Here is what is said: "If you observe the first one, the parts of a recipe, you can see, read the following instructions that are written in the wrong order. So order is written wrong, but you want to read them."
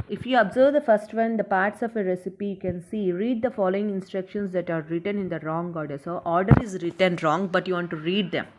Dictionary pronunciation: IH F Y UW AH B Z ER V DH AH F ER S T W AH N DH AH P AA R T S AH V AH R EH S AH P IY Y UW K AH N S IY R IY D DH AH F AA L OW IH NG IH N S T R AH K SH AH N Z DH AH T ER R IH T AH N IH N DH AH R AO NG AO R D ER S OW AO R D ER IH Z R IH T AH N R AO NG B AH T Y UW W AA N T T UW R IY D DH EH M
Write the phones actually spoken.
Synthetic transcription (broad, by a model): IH F Y UW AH B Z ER V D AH F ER S T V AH N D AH P AA R T S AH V AH R EH S AH P IY Y UW K AH N S IY R IY D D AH F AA L OW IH NG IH N S T R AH K SH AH N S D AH T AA R IH T AH N IH N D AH R AO NG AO R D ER S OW AO R D ER IH Z R IH T AH N R AO NG B AH T Y UW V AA N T T UW R IY D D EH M